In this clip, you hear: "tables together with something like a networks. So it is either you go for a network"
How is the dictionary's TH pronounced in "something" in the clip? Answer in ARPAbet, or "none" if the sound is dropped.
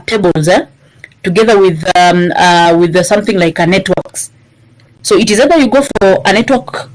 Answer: TH